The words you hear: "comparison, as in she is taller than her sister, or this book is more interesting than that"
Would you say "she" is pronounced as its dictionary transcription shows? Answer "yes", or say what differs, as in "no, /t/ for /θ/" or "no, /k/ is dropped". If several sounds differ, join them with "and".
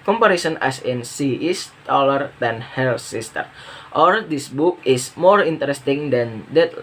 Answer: no, /s/ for /ʃ/